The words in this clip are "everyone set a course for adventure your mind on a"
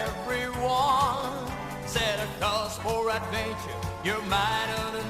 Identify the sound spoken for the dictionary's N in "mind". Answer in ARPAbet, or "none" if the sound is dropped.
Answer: none